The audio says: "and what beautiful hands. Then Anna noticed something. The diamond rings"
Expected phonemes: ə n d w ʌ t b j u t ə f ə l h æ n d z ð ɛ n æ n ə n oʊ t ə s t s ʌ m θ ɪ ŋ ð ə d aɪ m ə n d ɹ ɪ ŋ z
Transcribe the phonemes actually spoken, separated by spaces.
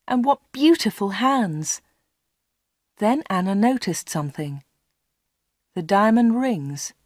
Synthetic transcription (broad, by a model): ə n w ʌ t b j u t ə f ə l h æ n d z ð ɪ n æ n ə n oʊ t ə s t s ʌ m θ ɪ ŋ ð ə d aɪ m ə n ɹ ɪ ŋ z